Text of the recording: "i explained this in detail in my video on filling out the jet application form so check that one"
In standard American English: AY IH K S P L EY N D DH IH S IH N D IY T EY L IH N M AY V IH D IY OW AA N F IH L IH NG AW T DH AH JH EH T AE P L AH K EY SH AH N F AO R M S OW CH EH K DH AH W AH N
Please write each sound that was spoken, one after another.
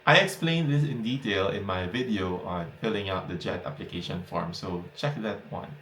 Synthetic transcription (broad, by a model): AY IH K S P L EY N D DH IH S IH N D IY T EY L IH N M AY V IH D IY OW AA N F IH L IH NG AW T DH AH JH EH T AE P L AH K EY SH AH N F AO R M S OW CH EH K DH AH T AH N